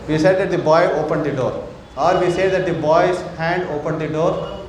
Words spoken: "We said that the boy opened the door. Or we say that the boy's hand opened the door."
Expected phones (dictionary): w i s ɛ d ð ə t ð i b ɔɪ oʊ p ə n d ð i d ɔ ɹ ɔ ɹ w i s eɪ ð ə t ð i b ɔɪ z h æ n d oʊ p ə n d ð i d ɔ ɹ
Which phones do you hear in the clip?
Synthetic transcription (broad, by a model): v i s ɛ d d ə t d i b ɔɪ oʊ p ə n d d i d ɔ ɹ ɔ ɹ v i s eɪ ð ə t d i b ɔɪ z h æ n d oʊ p ə n d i d ɔ ɹ